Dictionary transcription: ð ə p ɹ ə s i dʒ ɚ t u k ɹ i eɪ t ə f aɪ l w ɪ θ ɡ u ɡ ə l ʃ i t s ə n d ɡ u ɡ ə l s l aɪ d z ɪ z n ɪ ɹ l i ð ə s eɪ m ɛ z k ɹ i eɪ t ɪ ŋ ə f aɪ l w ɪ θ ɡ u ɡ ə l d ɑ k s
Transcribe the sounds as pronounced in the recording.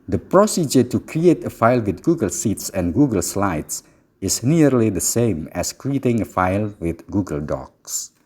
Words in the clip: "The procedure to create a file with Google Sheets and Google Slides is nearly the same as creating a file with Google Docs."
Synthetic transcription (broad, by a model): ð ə p ɹ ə s i dʒ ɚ t u k ɹ i eɪ t ə f aɪ l w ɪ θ ɡ u ɡ ə l s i t s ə n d ɡ u ɡ ə l s l aɪ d s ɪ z n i ɹ l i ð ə s eɪ m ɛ s k ɹ i eɪ t ɪ ŋ ə f aɪ l w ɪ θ ɡ u ɡ ə l d ɑ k s